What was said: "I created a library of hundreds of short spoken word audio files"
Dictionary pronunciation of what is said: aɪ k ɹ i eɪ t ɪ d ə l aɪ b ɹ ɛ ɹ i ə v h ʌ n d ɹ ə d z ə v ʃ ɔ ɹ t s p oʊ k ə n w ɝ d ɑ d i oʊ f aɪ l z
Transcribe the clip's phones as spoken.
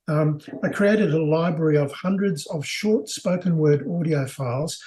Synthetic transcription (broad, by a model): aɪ k ɹ i eɪ t ɪ d ə l aɪ b ɹ ɛ ɹ i ə v h ʌ n d ɹ ə d z ə v ʃ ɔ ɹ t s p oʊ k ə n w ɝ d ɑ d i oʊ f aɪ l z